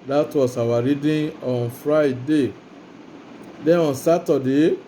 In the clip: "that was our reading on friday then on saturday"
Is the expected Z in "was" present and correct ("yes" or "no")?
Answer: no